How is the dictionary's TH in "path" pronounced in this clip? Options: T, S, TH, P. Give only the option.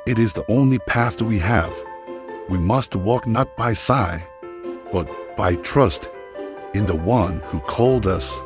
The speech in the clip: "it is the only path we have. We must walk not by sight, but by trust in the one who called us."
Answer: TH